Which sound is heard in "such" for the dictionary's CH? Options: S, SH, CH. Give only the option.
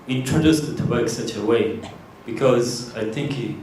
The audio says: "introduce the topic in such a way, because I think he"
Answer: CH